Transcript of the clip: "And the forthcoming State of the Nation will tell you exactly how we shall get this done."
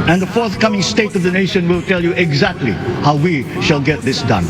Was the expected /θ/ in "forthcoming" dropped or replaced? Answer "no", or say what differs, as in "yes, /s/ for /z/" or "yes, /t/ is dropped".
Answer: no